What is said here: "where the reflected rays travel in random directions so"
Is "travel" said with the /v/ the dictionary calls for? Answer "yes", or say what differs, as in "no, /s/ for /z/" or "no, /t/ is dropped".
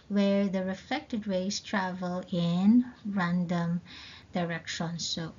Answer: yes